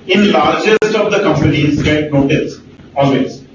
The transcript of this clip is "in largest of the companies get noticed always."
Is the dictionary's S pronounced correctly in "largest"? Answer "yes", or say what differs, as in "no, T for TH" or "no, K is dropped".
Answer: yes